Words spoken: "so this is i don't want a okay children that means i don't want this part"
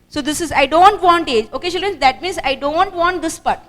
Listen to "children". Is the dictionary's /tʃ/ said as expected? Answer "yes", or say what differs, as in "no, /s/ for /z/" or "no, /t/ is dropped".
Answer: no, /ʃ/ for /tʃ/